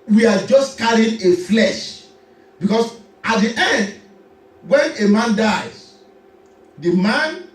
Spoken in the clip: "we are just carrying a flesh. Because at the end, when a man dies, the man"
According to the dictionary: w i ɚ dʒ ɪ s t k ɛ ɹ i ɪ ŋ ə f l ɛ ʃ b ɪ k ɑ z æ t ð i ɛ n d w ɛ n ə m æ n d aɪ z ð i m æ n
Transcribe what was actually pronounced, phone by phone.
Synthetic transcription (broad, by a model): w i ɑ dʒ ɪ s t k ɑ ɹ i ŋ ə f l ɛ ʃ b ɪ k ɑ s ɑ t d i ɛ n d w ɛ n ə m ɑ n d aɪ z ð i m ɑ n